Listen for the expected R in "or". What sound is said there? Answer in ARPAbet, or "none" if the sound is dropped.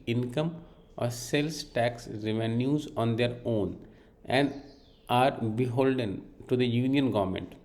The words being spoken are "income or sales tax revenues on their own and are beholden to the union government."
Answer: R